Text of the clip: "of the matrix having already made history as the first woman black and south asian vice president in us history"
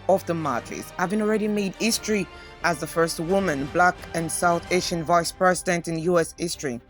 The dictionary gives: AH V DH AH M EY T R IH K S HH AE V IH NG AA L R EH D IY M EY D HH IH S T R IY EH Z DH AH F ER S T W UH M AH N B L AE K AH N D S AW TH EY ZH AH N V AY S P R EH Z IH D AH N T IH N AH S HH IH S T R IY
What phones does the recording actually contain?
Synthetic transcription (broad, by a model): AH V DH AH M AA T IH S HH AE V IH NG AA L R EH D IY M EY D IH S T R IY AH Z DH AH F ER S T W UH M AH N B L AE K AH N S AW TH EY SH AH N V AY S P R EH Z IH D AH N T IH N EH S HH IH S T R IY